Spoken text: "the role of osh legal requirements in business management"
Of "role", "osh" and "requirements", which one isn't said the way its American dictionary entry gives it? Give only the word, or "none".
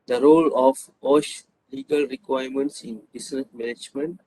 none